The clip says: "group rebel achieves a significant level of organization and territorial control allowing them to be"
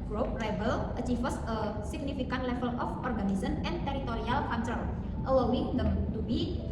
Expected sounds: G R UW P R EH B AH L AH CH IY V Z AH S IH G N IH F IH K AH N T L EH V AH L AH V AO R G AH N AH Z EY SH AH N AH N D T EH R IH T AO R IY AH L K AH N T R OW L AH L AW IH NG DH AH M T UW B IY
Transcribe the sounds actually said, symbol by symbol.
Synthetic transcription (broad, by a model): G R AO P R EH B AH L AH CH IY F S AH S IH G N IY F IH K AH N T L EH F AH L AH F AO R G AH N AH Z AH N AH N T EH R IH T AO R IY AH L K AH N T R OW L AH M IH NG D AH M T UW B IY